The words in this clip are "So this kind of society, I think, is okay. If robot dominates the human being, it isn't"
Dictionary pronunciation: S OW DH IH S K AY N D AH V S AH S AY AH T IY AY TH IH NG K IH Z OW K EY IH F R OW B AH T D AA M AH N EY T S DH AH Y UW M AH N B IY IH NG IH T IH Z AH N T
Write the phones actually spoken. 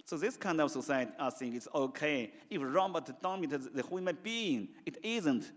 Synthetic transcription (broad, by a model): S OW DH IH S K AY N D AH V S AH S AY AH T IY AY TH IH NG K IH S OW K EY IH F R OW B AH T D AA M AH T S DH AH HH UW M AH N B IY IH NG IH T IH Z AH N T